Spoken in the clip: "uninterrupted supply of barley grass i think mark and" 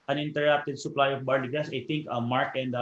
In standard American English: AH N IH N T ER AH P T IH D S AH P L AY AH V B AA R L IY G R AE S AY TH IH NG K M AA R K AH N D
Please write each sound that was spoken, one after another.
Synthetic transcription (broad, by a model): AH N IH N T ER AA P T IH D S AH P L AY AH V B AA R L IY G EH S AY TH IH NG K M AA R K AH N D